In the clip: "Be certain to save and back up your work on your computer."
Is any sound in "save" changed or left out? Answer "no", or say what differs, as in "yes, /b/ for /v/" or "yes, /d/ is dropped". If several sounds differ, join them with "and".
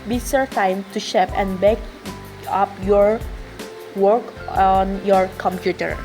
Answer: yes, /ʃ/ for /s/ and /p/ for /v/